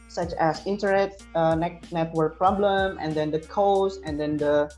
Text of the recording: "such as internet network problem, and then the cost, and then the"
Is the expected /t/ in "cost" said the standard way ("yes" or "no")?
no